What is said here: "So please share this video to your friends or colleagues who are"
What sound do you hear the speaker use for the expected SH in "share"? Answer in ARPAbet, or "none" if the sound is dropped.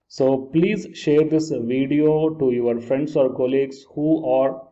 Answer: SH